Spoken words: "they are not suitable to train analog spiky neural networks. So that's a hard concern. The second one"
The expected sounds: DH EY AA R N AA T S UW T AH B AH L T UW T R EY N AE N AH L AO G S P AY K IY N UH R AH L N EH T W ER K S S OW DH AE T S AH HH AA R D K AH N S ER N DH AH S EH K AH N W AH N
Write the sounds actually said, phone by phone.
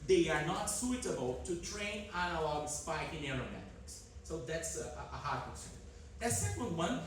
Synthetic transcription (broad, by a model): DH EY AA R N AA T S UW T AH B AH L T UW T R EY N AE N AH L AO G S P AY K IY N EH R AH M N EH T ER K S S OW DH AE T S AH HH AA R D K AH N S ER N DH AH S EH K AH L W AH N